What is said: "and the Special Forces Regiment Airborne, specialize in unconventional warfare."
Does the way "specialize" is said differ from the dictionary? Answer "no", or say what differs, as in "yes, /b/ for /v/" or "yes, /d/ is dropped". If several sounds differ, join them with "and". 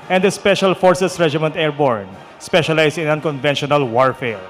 yes, /s/ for /z/